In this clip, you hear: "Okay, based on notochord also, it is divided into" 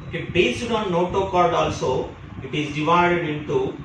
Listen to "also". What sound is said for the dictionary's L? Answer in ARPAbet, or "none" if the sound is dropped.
L